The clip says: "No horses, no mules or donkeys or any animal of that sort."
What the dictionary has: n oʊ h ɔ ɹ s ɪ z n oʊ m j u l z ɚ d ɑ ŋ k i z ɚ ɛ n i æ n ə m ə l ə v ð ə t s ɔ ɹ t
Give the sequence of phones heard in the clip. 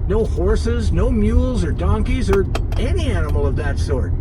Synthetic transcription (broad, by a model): n oʊ h ɔ ɹ s ɪ z n oʊ m j u l z ɚ d ɑ ŋ k i z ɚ ɛ n i æ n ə m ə l ə v ð ə t s ɔ ɹ t